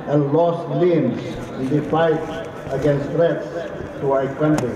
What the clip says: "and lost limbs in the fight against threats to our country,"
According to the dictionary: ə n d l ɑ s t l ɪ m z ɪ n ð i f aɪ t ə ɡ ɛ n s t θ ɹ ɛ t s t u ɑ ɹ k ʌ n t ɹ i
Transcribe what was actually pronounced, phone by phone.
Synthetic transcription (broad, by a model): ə n l ɑ s t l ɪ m s ɪ n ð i f aɪ t ə ɡ ɛ n s t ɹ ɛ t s t u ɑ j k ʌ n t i